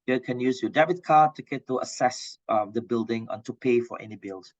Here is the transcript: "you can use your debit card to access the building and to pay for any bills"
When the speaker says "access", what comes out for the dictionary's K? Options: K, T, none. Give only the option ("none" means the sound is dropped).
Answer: none